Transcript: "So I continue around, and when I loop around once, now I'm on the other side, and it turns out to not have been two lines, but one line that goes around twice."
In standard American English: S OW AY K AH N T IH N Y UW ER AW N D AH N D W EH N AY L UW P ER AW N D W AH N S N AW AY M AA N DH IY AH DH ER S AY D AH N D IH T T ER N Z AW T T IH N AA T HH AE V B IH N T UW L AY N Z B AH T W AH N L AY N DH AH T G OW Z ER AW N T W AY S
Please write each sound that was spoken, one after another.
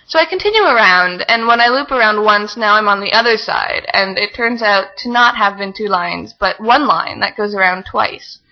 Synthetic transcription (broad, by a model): S OW AY K AH N T IH N Y UW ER AW N D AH N W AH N AY L UW P ER AW N D W AH N S N AW AY M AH N DH IY AH DH ER S AY D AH N IH T T ER N Z AW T T IH N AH T HH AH V B IH N T UW L AY N Z B AH T W AH N L AY N DH AH T G OW Z ER AW N T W AY S